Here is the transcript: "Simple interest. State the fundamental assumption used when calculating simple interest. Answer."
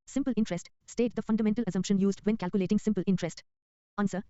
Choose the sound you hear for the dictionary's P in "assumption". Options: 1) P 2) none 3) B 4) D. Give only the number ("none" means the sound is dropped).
1